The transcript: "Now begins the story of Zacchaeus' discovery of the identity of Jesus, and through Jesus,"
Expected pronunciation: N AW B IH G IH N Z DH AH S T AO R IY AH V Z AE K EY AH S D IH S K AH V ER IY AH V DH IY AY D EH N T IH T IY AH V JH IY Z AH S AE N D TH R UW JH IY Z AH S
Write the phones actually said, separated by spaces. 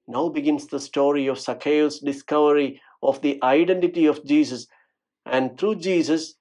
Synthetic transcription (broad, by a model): N AW B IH G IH N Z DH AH S T AO R IY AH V S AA K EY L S D IH S K AH V ER IY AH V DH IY AY D EH N T IH T IY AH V JH IY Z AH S AE N D T R UW JH IY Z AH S